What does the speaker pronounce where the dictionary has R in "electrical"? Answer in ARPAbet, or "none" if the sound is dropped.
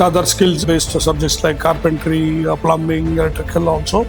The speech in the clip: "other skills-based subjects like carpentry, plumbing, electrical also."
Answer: none